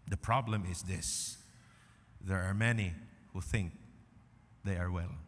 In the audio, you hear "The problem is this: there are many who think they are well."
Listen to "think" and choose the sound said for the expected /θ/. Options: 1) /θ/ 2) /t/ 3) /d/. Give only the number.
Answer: 1